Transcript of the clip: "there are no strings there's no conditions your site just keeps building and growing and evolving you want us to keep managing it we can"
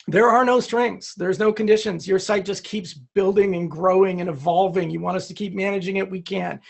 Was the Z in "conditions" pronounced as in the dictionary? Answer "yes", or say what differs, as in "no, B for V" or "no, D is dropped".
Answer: yes